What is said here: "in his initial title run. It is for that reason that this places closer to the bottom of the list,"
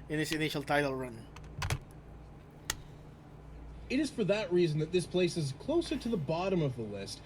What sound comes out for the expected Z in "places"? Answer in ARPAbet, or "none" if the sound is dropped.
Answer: Z